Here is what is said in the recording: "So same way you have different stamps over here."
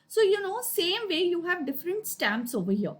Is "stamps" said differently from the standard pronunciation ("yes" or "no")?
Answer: no